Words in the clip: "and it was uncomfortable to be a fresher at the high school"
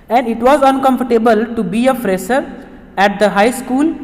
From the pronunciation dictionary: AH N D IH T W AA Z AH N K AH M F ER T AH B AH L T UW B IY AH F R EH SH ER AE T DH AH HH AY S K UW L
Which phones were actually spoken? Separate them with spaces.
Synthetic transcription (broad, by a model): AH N D IH T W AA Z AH N K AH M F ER T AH B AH L T UW B IY AH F R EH S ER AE T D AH HH AY S K UW L